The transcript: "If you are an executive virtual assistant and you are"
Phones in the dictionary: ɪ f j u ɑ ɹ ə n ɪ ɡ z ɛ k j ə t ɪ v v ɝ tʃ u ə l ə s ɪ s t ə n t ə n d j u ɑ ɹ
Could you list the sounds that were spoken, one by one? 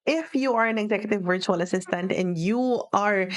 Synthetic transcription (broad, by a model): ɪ f j u ɑ ɹ ə n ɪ ɡ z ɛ k j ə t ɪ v v ɝ tʃ u ə l ə s ɪ s t ə n t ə n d j u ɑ ɹ